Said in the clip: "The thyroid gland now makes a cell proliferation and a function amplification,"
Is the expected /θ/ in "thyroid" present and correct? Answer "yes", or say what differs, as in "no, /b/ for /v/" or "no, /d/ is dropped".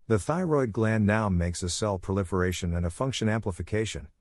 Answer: yes